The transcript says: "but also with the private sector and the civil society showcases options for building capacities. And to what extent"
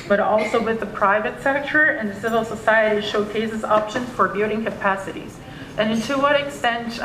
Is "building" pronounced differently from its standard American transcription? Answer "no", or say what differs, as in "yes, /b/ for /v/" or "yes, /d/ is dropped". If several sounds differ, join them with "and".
yes, /l/ is dropped